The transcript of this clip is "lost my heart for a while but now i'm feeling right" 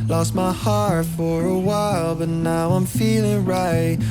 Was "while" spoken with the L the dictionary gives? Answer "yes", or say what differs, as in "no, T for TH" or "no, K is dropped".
yes